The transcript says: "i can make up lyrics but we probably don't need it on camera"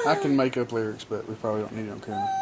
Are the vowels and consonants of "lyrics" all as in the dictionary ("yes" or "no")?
yes